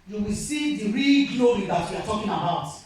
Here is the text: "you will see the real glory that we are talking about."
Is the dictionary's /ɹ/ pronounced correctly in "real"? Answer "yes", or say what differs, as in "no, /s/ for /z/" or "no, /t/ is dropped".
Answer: yes